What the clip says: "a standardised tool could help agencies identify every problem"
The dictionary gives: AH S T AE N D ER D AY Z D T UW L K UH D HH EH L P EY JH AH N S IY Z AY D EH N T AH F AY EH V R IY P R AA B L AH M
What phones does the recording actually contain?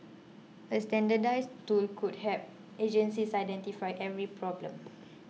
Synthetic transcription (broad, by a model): AH S T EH N D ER D AY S T UW L K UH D HH EH P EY JH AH N S IY S AY D EH N T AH F AY EH V R IY P R AA B L AH M